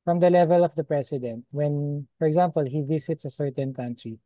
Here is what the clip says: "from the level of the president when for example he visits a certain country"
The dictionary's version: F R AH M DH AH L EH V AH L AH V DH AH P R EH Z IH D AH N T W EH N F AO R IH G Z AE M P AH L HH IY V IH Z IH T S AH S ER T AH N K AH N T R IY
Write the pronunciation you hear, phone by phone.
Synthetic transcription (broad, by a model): F R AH M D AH L EH V AH L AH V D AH P R EH S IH D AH N T W EH N F AO R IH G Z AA M P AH L HH IY V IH S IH T S AH S ER T AH N K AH N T R IY